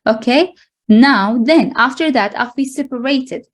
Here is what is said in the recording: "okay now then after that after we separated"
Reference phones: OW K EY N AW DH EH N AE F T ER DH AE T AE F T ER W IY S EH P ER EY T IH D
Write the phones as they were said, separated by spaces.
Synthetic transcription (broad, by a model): OW K EY N AW DH EH N AE F T ER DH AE T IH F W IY S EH P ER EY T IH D